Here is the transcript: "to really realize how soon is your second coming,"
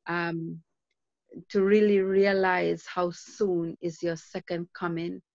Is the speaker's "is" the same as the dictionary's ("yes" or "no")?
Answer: yes